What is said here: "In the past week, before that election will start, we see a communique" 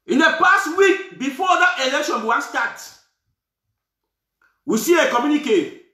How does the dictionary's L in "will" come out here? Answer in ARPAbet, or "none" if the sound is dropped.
W